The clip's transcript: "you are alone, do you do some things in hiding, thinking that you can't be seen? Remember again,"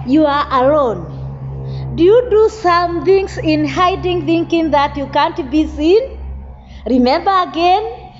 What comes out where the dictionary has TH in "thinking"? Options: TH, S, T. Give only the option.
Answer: TH